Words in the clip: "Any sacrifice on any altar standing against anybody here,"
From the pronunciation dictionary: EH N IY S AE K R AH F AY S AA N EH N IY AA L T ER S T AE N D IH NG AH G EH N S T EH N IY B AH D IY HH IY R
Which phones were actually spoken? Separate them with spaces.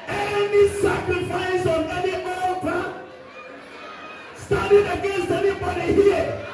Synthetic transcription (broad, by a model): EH N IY S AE K R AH F AY S AA N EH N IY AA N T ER S T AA D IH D AH G EH N S T EH N IY B AH D IY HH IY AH